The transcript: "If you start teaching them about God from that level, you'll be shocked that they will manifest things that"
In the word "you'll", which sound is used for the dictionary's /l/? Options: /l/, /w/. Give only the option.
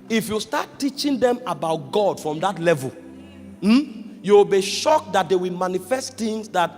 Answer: /w/